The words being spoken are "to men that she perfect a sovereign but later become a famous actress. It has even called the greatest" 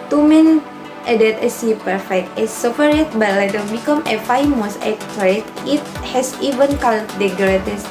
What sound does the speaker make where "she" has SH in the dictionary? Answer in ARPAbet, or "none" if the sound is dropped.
S